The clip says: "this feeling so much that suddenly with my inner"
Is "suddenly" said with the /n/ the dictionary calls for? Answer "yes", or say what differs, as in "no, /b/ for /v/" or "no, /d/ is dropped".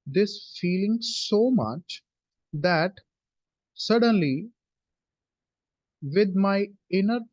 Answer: yes